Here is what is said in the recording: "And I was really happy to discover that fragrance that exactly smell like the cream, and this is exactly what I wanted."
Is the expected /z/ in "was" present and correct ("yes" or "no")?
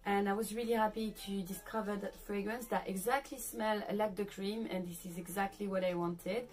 yes